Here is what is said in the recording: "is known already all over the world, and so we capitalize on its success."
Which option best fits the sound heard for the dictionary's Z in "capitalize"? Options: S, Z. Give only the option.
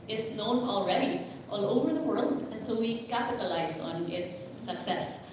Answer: Z